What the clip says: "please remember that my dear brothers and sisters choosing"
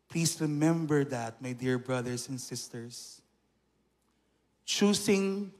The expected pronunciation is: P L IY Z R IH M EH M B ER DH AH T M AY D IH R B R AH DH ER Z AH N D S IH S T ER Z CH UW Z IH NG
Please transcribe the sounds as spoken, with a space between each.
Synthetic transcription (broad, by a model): P L IY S R IH M EH M B ER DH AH T M AY D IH R B R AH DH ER S AH N D S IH S T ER S CH UW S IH NG